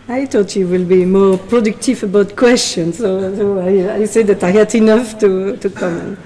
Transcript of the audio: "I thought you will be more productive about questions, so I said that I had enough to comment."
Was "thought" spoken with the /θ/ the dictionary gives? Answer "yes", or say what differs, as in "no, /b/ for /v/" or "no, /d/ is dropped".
no, /t/ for /θ/